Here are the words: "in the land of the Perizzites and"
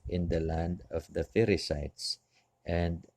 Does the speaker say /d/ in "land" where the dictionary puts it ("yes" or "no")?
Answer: yes